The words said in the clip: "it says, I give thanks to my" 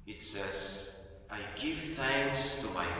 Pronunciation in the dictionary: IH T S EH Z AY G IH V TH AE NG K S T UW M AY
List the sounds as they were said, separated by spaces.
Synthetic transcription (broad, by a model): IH T S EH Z AY G IH V TH AE NG K S T UW M AY